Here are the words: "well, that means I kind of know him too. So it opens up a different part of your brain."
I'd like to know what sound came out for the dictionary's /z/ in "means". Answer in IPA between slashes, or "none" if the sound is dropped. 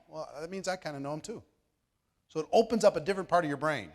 /z/